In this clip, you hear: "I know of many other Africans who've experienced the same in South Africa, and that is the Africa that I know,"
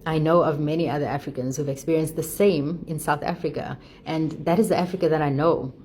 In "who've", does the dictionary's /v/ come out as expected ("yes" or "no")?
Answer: yes